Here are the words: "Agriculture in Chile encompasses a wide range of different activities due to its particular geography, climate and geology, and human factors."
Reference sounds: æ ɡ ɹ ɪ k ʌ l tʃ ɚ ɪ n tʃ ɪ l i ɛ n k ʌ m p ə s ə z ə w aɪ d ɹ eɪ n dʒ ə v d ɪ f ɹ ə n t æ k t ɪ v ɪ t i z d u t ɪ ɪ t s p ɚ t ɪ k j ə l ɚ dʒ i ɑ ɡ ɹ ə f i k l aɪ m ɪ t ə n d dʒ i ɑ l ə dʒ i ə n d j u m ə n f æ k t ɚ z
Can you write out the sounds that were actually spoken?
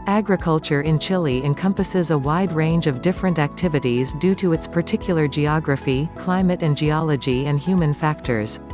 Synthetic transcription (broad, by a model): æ ɡ ɹ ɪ k ʌ l tʃ ɚ ɪ n tʃ ɪ l i ɛ n k ʌ m p ə s ə z ə w aɪ d ɹ eɪ n dʒ ə v d ɪ f ɹ ə n t æ k t ɪ v ɪ t i z d u t ɪ ɪ t s p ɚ t ɪ k j l ɚ dʒ i ɑ ɡ ɹ ə f i k l aɪ m ɪ t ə n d dʒ i ɑ l ə dʒ i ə n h j u m ə n f æ k t ɚ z